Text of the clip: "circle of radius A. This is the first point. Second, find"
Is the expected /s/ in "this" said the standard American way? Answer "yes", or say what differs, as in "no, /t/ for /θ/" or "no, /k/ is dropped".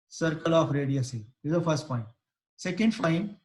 no, /s/ is dropped